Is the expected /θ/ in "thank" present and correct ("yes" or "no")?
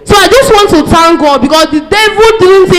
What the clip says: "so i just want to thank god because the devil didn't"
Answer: no